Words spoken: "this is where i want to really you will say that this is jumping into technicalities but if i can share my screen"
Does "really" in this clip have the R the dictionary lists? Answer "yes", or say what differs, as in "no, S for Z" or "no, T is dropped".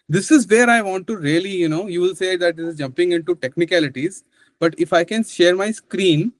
no, L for R